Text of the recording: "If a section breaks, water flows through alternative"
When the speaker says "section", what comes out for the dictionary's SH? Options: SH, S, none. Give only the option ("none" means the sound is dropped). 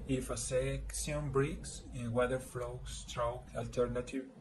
S